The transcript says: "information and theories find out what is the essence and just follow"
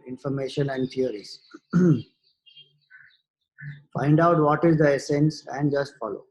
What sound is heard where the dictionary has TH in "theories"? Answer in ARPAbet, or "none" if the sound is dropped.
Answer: T